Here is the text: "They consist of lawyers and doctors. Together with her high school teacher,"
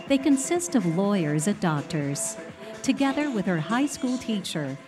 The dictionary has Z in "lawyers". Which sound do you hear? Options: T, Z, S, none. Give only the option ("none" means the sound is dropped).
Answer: Z